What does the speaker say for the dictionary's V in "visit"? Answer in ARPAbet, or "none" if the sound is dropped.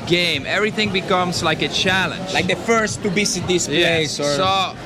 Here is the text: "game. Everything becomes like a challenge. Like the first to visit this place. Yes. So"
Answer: B